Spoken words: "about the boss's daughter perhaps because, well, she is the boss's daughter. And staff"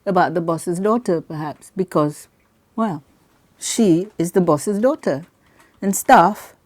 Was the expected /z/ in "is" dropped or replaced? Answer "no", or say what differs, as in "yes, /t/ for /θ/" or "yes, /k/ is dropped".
no